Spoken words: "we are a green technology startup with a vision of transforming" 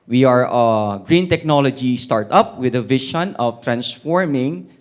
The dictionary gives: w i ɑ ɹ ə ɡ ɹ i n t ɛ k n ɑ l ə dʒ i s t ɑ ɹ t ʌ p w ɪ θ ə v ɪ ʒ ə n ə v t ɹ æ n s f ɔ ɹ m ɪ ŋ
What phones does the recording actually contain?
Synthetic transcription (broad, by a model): w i ɑ ɹ ə ɡ ɹ i n t ɛ k n ɑ l ə dʒ i s t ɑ ɹ t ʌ p w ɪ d ə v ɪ ʃ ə n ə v t ɹ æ n s f ɔ ɹ m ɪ ŋ